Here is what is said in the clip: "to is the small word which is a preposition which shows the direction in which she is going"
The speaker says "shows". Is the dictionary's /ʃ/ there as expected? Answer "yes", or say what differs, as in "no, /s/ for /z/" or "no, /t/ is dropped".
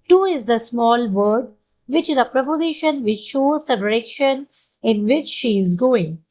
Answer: yes